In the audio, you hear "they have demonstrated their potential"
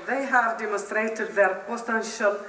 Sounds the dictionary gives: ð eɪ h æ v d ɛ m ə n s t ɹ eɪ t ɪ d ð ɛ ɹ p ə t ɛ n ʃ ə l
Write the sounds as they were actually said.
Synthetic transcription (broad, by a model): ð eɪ h æ v d ɛ m ə n s t ɹ eɪ t ɪ d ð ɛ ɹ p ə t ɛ n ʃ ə l